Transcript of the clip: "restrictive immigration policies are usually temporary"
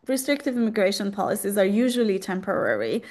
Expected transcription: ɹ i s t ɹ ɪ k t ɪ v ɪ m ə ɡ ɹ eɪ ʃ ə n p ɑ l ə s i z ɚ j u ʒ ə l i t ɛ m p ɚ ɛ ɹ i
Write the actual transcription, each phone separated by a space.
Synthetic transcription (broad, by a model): ɹ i s t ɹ ɪ k t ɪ v ɪ m ə ɡ ɹ eɪ ʃ ə n p ɑ l ə s i z ɚ j u ʒ ə l i t ɛ m p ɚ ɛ ɹ i